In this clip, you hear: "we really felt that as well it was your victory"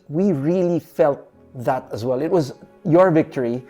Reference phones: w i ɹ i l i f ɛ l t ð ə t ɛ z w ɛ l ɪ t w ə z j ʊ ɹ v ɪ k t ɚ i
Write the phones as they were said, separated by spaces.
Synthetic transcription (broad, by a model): w i ɹ i l i f ɛ l t ð ə t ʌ z w ɛ l ɪ t w ə z j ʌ ɹ v ɪ k t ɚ i